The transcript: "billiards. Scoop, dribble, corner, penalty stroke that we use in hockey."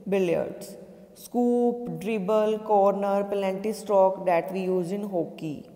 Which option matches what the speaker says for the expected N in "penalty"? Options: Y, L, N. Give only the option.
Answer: L